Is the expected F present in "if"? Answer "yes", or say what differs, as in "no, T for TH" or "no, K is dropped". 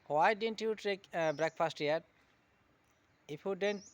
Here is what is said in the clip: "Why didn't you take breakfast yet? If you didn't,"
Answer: no, P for F